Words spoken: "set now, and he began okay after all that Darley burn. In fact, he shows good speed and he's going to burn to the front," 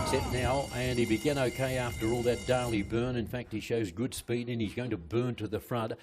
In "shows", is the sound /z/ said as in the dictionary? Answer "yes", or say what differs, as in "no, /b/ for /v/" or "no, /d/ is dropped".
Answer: yes